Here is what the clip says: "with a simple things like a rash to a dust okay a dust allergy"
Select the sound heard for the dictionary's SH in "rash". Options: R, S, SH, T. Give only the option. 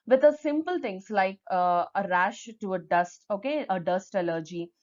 SH